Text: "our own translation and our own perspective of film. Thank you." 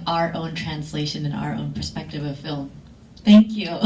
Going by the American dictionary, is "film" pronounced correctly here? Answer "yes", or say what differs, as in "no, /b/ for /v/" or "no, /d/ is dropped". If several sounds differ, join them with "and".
yes